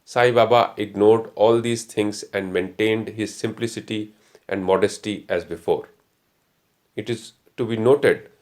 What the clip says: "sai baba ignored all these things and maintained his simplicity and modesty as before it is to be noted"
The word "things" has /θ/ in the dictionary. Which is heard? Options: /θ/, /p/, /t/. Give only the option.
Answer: /t/